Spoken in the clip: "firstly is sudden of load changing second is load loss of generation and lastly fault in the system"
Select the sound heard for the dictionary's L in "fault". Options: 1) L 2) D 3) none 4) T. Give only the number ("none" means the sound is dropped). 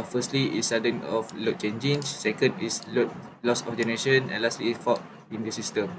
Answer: 3